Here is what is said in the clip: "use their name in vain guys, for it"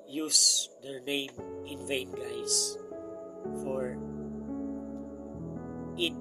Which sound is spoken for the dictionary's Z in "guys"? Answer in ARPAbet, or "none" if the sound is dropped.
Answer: S